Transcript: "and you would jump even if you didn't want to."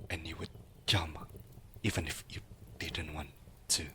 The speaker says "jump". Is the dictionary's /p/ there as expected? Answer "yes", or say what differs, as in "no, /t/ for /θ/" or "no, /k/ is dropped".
no, /p/ is dropped